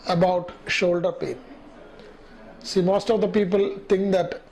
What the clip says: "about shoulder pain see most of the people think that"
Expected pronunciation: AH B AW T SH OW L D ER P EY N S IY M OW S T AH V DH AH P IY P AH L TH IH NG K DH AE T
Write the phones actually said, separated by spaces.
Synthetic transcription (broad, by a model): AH B AW T SH OW L D ER P EY N S IY M OW S T AH V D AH P IY P AH L T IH NG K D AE T